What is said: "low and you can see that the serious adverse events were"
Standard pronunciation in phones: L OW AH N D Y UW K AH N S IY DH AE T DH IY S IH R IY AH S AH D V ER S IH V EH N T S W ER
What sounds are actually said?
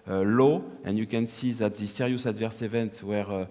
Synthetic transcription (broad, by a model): L OW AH N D Y UW K AH N S IY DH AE T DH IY S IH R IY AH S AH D V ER S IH V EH N T W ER